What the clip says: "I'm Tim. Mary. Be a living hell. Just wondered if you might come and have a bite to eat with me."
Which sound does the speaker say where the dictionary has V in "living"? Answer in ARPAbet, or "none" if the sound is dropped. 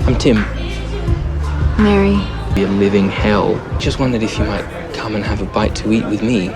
V